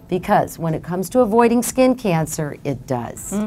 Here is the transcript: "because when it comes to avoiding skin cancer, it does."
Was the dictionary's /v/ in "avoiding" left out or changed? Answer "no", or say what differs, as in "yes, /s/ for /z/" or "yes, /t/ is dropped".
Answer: no